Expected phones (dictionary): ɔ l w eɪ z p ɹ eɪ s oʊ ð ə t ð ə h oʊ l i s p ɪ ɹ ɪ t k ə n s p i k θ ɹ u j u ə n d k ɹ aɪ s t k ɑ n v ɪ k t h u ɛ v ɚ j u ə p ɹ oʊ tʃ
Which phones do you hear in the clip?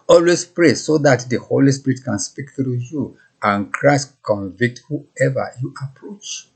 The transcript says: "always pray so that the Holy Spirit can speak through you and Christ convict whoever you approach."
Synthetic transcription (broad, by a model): ɔ l w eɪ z p ɹ eɪ s oʊ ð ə t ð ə h oʊ l i s p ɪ ɹ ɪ t k ə n s p i k t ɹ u j u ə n k ɹ aɪ s t k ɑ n v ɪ k t h u ɛ v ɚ j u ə p ɹ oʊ tʃ